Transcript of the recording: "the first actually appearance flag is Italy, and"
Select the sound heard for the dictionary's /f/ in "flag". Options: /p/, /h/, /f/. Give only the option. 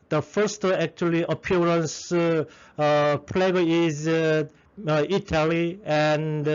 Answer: /p/